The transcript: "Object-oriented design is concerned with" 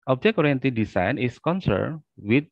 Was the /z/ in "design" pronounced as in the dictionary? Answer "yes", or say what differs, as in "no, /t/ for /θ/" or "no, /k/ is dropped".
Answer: no, /s/ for /z/